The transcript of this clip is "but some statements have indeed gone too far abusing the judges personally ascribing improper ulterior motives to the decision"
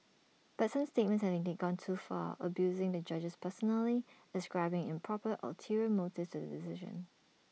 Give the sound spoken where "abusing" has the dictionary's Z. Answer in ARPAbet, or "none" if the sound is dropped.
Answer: Z